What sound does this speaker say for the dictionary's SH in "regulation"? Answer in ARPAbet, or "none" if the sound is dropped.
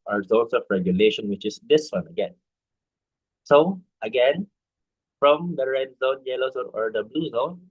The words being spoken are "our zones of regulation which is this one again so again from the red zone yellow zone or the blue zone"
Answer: SH